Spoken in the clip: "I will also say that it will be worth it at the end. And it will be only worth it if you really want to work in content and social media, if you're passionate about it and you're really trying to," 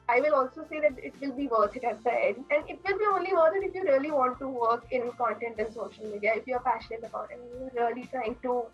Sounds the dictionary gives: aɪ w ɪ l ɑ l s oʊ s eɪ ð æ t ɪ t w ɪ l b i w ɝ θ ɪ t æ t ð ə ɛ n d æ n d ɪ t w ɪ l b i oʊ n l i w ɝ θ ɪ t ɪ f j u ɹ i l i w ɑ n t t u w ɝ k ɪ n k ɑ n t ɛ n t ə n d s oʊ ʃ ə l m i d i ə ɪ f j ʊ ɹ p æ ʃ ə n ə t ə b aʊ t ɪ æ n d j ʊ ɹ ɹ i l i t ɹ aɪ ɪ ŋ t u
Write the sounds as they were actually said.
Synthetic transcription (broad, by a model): aɪ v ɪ l ɑ l s oʊ s eɪ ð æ t ɪ t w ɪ l b i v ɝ t ɪ t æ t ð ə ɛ d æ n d ɪ t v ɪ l b i oʊ n l i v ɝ t ɪ t ɪ f j u ɹ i l i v ɑ n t t u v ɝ k ɪ n k ɑ n t ɛ n t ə n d s oʊ ʃ ə l m i d i ə ɪ f j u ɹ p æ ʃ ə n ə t ə b aʊ t ɪ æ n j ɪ l ɹ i l i t ɹ aɪ ɪ ŋ t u